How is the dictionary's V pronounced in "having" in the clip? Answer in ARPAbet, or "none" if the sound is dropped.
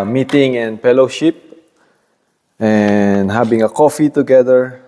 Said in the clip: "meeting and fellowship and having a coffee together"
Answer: B